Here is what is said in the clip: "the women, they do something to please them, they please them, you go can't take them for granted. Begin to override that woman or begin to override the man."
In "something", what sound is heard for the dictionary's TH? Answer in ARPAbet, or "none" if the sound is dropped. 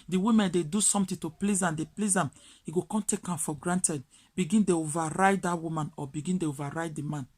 T